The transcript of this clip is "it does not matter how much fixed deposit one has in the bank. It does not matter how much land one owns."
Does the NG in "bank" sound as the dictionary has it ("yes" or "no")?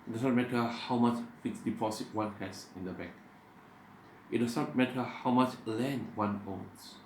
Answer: no